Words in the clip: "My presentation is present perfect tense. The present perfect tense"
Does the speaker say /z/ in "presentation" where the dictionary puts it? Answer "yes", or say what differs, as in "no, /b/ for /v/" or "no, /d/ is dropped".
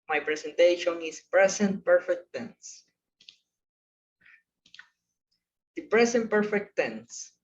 no, /s/ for /z/